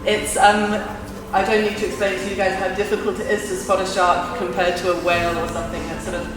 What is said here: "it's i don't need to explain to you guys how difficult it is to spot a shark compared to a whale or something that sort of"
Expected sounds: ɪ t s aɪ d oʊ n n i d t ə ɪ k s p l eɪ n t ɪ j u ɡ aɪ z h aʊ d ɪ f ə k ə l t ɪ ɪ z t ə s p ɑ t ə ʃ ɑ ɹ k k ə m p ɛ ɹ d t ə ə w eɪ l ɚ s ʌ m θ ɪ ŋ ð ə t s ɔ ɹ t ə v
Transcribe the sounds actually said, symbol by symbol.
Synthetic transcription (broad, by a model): ɪ t s aɪ d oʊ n n i d t ə ɪ k s p l eɪ n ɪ j u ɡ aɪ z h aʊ d ɪ f ə k ə l t ɪ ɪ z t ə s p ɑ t ə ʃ ɑ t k k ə m p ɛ d t ə ə w eɪ l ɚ s ʌ m θ ɪ ŋ ð ə t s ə